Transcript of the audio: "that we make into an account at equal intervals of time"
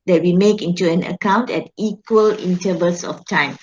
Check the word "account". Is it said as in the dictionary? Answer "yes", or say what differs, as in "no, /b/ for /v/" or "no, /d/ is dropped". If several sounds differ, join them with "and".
yes